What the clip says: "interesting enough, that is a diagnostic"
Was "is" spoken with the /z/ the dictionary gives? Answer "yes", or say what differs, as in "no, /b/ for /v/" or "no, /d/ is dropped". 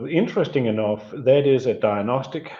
yes